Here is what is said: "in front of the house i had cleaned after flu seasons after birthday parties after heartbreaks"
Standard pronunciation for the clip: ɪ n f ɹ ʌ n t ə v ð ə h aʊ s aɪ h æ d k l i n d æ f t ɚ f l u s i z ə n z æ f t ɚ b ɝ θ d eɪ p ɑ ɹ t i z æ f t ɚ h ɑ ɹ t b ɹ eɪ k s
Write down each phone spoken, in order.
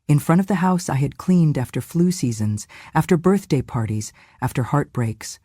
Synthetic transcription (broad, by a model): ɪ n f ɹ ʌ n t ə v ð ə h aʊ s aɪ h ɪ d k l i n d æ f t ɚ f l u s i z ə n z æ f t ɚ b ɝ θ d eɪ p ɑ ɹ t i z æ f t ɚ h ɑ ɹ t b ɹ eɪ k s